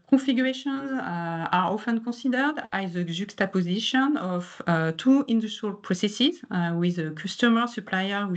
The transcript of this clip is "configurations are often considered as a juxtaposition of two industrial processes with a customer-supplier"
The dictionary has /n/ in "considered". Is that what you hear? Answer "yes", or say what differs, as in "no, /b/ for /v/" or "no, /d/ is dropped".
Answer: no, /n/ is dropped